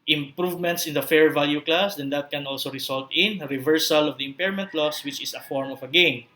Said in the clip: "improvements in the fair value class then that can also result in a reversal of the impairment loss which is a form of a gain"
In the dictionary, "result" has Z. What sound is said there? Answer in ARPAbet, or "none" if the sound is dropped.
S